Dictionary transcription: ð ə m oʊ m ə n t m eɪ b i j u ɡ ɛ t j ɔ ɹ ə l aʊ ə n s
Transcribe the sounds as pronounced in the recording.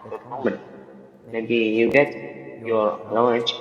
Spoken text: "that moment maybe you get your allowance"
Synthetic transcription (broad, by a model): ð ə m oʊ m ə n t m eɪ b i j u ɡ ɛ t j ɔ l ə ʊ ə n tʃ